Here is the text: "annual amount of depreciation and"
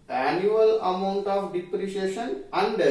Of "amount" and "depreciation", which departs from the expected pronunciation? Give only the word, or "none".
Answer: none